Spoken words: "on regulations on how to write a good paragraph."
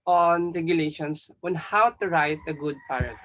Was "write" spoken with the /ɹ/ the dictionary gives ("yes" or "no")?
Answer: yes